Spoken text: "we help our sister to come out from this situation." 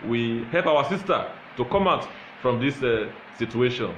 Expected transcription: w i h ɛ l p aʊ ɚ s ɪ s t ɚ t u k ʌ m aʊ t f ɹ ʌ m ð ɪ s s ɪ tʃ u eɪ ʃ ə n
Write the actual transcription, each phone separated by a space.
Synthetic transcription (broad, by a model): w i h ɛ l p aʊ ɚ s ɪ s t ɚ t u k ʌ m aʊ t f ɹ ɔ m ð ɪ s s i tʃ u eɪ ʃ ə n